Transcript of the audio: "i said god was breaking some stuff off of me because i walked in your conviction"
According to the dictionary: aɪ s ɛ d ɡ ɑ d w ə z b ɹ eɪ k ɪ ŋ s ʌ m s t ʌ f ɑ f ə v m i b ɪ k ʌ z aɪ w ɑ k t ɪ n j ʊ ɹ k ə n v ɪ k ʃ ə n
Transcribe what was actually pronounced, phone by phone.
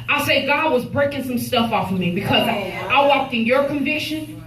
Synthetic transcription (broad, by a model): aɪ s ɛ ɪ ɡ ɑ d w ə z b ɹ eɪ k ɪ ŋ s ʌ m s t ʌ f ɑ f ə m i b ɪ k ʌ z aɪ w ɑ k t ɪ n j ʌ ɹ k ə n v ɪ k ʃ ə n